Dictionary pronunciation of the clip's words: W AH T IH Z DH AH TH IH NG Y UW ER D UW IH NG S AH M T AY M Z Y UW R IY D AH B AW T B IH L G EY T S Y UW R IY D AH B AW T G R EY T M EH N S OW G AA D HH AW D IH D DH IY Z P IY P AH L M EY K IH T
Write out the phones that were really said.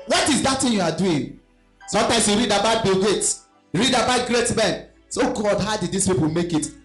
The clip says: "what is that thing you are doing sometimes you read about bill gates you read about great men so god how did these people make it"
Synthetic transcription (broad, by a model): W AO T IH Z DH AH T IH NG Y UW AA D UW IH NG S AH M T AY M S Y UW R IY D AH B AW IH B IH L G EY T Y UW R IY D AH B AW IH G R EY T M EH N S OW G AA D HH AW D IH D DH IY S P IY P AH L M EY K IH T